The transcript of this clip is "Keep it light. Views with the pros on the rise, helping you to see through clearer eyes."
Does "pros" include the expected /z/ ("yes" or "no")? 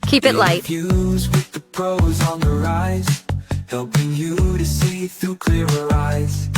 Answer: yes